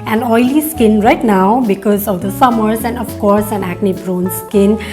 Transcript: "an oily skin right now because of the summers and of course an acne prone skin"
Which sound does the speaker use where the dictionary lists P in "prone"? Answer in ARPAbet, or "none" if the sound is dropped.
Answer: B